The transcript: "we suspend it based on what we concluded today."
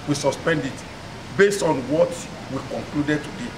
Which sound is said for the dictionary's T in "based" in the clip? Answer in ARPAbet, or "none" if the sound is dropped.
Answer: T